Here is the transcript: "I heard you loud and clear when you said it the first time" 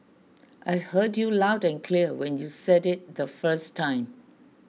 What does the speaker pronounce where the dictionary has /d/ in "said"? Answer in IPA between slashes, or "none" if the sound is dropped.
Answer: /d/